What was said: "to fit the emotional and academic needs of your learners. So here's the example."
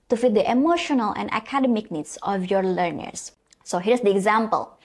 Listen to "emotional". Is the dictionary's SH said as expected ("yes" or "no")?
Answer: yes